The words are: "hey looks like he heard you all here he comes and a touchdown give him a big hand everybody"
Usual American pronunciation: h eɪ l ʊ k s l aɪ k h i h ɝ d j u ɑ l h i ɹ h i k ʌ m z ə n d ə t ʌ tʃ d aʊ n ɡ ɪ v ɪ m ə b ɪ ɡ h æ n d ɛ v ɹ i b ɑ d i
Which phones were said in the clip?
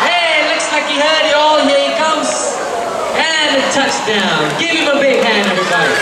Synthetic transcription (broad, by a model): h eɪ l ʊ k s l aɪ k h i h ɝ d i ɑ l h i k ʌ m z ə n ə t ʌ tʃ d aʊ n ɡ ɪ v ɪ m ə b ɪ ɡ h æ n ɛ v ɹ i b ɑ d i